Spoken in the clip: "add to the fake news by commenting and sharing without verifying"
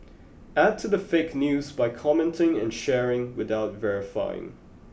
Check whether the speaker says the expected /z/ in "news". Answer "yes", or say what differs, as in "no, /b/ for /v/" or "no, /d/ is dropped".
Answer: yes